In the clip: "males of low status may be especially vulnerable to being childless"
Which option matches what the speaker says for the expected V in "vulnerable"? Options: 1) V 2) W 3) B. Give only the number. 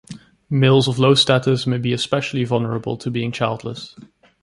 1